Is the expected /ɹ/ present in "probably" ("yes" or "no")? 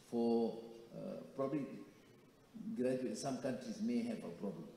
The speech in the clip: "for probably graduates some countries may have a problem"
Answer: yes